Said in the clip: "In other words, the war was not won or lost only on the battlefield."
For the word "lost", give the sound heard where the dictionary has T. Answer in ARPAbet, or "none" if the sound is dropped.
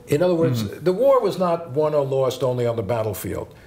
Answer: T